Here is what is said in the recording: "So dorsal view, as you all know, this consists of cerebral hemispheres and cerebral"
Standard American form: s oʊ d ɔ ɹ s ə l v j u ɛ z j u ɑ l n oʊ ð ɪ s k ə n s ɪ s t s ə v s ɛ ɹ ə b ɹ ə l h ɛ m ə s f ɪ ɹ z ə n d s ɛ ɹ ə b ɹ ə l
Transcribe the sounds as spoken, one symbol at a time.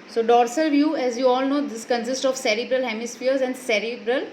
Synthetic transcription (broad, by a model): s oʊ d ɔ ɹ s ə l v j u ɛ z j u ɑ l n oʊ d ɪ s k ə n s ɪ s t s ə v s ɛ ɹ ə b ɹ ə l h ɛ m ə s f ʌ ɹ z ə n d s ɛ ɹ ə b ɹ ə l